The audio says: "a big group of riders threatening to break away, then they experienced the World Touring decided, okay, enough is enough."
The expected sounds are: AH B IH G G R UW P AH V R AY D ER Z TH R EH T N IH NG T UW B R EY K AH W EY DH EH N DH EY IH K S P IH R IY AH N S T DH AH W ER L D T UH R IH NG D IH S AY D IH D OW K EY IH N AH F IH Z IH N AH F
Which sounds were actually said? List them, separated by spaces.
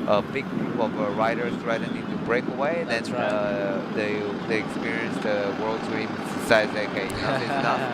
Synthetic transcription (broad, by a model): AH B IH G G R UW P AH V R AY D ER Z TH R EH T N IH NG T UW B R EY K AH W EY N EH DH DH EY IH K S P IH R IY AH N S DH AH W ER L D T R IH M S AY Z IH IH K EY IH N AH IH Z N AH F